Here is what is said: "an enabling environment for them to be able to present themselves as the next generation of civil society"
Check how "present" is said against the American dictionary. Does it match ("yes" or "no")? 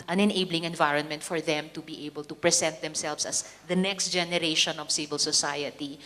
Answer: no